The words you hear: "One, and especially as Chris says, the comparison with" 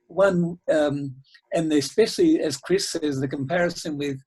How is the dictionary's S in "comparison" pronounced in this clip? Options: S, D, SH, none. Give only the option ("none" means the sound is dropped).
S